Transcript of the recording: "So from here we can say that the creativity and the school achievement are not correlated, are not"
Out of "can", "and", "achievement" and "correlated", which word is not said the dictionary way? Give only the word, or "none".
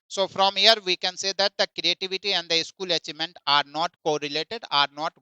achievement